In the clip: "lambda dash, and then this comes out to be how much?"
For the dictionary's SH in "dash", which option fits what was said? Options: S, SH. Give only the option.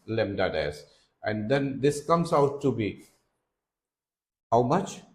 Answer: S